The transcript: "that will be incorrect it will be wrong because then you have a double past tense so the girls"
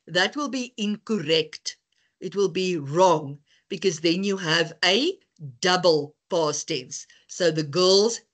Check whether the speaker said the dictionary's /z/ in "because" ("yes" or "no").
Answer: yes